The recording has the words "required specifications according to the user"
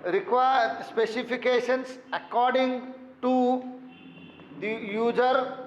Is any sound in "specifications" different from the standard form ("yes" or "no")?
yes